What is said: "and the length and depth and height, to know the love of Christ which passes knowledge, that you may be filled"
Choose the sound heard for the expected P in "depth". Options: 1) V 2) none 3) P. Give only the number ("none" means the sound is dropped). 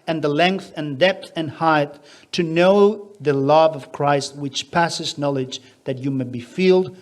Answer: 3